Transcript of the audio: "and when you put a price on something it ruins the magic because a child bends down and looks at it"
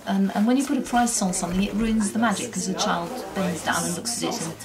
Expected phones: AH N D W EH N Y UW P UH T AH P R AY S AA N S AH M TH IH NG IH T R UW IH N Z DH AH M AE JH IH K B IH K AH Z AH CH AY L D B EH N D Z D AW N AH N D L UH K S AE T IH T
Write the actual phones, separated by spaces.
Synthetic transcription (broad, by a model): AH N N W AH N Y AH P UH T AH P R AY S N S AH M TH IH NG IH T R UW IH N Z DH AH M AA JH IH IH K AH Z AH CH AY L D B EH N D Z D AW N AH N L UH K S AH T IH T